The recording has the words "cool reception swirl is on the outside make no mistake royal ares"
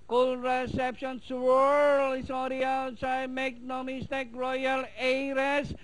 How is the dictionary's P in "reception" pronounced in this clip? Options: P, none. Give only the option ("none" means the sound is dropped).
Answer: P